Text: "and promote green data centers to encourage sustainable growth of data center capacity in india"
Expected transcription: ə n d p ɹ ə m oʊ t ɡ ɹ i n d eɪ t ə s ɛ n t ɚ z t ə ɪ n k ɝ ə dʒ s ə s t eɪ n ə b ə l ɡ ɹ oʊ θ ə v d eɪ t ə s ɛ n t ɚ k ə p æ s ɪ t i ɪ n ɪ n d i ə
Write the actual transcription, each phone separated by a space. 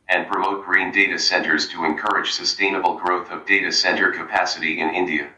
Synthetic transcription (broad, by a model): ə n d p ɹ ə m oʊ t ɡ ɹ i n d eɪ t ə s ɛ n t ɚ z t ə ɪ n k ɝ ə dʒ s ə s t eɪ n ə b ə l ɡ ɹ oʊ θ ə v d eɪ t ə s ɛ n t ɚ k ə p æ s ɪ t i ɪ n ɪ n d i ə